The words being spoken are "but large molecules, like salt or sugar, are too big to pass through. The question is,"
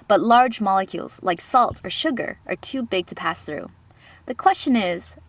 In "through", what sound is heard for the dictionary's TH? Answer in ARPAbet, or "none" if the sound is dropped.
TH